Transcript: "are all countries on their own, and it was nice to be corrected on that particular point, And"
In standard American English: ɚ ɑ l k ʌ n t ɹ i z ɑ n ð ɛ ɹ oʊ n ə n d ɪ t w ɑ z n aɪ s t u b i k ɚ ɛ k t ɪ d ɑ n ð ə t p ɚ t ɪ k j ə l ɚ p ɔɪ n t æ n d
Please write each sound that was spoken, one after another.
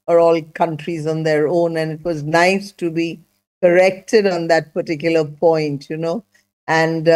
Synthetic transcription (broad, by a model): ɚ ɑ l k ʌ n t ɹ i z ɑ n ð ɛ ɹ oʊ n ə n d ɪ t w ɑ z n aɪ s t u b i k ɚ ɛ k t ɪ d ɑ n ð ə t p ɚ t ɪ k j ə l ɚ p ɔɪ n t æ n d